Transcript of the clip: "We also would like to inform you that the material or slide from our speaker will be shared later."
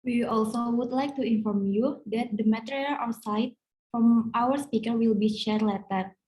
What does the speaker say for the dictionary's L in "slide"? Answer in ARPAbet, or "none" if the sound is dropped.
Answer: none